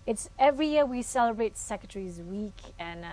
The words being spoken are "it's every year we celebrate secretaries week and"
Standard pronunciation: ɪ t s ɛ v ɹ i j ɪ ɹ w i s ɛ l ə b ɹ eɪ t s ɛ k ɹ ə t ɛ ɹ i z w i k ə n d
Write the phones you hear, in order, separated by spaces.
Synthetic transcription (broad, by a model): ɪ t s ɛ v ɹ i j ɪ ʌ w i s ɛ l ə b ɹ eɪ t s ɛ k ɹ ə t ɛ ɹ i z w i k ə n